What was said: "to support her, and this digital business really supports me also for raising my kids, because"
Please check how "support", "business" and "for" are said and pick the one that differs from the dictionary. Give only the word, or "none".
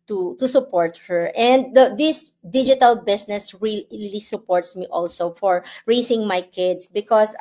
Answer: business